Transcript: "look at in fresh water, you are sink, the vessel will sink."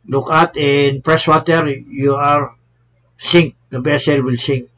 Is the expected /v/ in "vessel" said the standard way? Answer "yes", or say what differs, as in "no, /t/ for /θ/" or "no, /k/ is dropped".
no, /b/ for /v/